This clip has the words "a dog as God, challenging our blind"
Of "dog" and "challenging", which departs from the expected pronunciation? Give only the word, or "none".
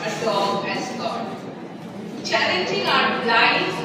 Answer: dog